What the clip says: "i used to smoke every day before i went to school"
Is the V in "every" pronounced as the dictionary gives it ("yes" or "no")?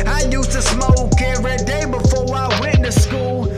no